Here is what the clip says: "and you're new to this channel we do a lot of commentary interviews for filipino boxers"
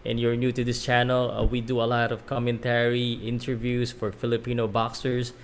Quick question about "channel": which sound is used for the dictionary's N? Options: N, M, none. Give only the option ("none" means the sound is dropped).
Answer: N